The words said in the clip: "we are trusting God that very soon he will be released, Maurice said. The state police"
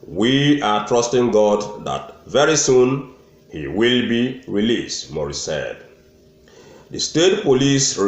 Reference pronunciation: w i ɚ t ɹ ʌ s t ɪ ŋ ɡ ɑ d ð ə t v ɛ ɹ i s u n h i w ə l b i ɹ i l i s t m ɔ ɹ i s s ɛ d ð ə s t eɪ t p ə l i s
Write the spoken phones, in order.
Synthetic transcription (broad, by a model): w i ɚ t ɹ ʌ s t ɪ ŋ ɡ ɑ d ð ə t v ɛ ɹ i s u n h i w ə l b i ɹ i l i s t m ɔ ɹ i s s ɛ d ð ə s t eɪ t p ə l i s